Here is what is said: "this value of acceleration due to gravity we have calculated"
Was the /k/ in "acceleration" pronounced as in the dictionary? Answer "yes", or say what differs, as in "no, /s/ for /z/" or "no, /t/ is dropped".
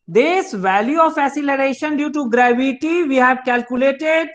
no, /k/ is dropped